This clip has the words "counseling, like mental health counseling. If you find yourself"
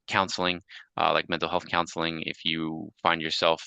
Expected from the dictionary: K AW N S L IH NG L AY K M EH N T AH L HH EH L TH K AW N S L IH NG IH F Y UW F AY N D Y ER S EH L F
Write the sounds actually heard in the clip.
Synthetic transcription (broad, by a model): K AW N S L IH NG L AY K M EH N T L HH EH L TH K AW N S L IH NG IH F Y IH F AY N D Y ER S EH L F